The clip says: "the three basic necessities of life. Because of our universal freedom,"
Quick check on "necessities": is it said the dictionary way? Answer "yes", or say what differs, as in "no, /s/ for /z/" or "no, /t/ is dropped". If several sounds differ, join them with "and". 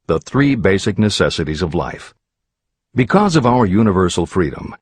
yes